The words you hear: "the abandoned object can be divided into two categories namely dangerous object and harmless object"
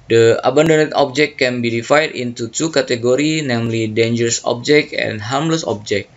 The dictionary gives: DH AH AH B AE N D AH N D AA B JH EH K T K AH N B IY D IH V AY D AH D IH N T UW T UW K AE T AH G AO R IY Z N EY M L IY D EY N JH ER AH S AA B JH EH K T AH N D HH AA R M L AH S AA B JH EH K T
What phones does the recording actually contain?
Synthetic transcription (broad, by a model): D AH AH B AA N D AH N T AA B JH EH K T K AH N B IY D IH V AY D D IH N T UW T UW K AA T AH G AO R IY N EY M L IY D EY N JH ER AH S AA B JH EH K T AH N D HH AA R M L AH S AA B JH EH K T